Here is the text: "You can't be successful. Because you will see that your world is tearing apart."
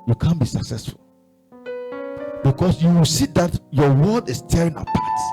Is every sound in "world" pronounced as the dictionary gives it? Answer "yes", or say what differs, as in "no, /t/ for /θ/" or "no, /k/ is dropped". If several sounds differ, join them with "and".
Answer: no, /l/ is dropped